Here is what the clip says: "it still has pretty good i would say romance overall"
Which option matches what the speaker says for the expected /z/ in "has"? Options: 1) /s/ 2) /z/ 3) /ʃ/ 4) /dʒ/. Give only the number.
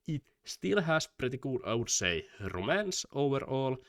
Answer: 1